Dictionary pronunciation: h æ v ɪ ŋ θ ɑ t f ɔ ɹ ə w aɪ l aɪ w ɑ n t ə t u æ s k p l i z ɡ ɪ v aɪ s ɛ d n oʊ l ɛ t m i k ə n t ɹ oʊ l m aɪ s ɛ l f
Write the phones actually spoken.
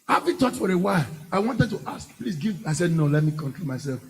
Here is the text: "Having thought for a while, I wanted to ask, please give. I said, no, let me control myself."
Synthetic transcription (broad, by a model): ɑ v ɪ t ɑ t f ɔ ɹ ə w aɪ l aɪ w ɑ n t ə t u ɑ s k p l i s ɡ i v aɪ s ɛ d n oʊ l ɛ t m i k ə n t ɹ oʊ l m aɪ s ɛ l f